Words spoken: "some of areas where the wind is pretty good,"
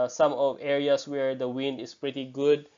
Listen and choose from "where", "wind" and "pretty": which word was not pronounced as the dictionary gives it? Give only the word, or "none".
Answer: none